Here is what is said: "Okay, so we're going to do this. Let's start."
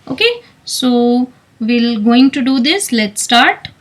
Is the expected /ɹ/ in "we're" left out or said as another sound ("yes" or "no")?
yes